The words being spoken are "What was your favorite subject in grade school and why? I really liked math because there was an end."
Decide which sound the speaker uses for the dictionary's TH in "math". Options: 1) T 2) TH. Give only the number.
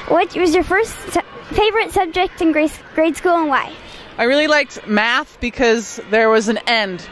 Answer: 2